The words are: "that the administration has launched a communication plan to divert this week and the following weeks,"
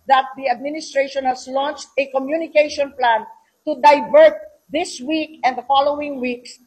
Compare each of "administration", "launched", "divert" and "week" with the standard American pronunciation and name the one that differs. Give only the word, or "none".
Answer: none